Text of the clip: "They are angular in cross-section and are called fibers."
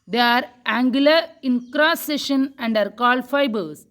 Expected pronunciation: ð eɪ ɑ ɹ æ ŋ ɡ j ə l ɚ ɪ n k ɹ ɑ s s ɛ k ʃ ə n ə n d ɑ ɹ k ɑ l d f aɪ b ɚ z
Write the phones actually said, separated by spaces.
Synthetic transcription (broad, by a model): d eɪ ɑ ɹ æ ŋ ɡ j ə l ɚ ɪ n k ɹ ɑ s s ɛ ʃ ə n ə n d ɑ ɹ k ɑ l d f aɪ b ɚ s